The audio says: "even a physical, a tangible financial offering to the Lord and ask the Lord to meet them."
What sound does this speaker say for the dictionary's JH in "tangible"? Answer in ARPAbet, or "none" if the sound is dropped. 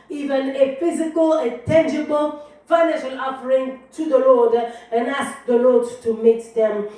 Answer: JH